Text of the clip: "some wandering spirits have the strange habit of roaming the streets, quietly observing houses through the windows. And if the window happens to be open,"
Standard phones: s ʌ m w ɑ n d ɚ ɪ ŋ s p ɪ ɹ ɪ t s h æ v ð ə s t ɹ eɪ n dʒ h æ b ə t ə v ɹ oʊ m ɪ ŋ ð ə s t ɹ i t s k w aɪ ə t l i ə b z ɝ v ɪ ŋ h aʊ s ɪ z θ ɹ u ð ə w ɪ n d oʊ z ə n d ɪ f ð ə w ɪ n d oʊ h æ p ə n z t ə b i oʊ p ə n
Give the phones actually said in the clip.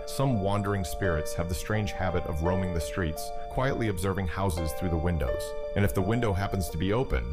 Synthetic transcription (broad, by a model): s ʌ m w ɑ n d ɚ ɪ ŋ s p ɪ ɹ ɪ t s h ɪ v ð ə s t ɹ eɪ n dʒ h æ b ə t ə v ɹ oʊ m ɪ ŋ ð ə s t ɹ i t s k w aɪ ə t l i ə b z ɝ v ɪ ŋ h aʊ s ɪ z θ ɹ u ð ə w ɪ n d oʊ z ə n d ɪ f ð ə w ɪ n d oʊ h æ p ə n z t ə b i oʊ p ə n